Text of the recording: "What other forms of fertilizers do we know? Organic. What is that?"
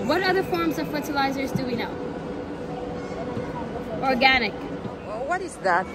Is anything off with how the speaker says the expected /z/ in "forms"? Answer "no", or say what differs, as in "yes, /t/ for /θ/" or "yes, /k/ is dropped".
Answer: no